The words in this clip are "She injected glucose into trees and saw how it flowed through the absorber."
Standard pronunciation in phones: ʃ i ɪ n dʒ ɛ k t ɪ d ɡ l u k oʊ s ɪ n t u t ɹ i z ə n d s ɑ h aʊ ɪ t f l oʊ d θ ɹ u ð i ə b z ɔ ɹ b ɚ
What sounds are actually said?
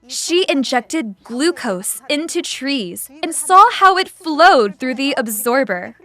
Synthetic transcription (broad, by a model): ʃ i ɪ n dʒ ɛ k t ɪ d ɡ l u k oʊ s ɪ n t u t ɹ i z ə n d s ɑ h aʊ ɪ t f l oʊ d θ ɹ u ð i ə b z ɔ ɹ b ɚ